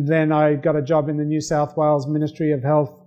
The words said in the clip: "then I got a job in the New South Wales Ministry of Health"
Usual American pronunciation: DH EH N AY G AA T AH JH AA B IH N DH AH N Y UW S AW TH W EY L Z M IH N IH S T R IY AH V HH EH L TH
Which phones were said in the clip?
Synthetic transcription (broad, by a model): DH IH N AY G AA T AH JH AA B IH N DH AH N Y UW S AW TH W EY L Z M IH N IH S T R IY AH V HH EH L TH